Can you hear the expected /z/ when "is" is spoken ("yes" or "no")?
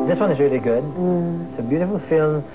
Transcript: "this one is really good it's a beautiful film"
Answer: yes